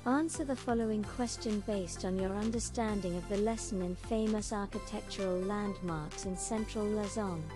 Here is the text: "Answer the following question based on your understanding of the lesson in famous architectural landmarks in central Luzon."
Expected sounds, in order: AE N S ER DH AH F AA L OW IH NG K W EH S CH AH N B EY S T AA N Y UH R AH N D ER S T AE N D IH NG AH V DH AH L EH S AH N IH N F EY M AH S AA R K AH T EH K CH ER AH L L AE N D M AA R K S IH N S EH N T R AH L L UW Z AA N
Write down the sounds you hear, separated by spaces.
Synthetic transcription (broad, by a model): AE N S ER DH AH F AA L OW IH NG K W EH S CH AH N B EY S T N Y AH R AH N D ER S T AE N D IH NG AH V DH AH L EH S AH N IH N F EY M AH S AA R K AH T EH K CH ER AH L L AE N D M AA R K S IH N S EH N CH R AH L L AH Z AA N